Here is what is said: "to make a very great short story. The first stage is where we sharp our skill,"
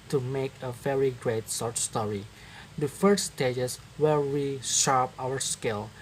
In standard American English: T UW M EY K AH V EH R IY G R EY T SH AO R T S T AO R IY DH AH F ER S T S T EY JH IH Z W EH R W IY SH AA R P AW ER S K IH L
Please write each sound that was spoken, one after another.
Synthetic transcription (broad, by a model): T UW M EY K AH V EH R IY G R EY T S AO R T S T AO R IY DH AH F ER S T S T EY JH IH S W EH R W IY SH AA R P AW ER S K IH L